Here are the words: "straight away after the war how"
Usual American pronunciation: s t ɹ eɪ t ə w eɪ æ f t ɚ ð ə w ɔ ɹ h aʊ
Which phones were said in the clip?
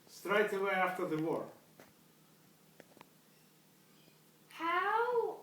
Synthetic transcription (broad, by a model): s t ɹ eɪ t ə w eɪ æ f t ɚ ð ə w ɔ ɹ h aʊ